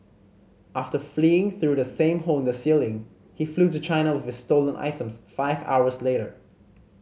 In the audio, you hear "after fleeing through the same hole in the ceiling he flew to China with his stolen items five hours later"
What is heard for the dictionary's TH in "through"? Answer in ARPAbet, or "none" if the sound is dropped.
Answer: TH